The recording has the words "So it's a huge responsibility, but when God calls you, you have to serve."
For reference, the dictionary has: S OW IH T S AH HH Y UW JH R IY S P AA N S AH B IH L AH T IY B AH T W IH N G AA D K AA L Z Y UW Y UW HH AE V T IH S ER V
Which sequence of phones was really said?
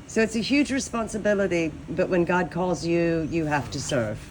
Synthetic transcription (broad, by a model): S OW IH T S AH HH Y UW JH R IY S P AA N S AH B IH L AH T IY B AH T W IH N G AA D K AA L Z Y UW Y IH HH AE F T IH S ER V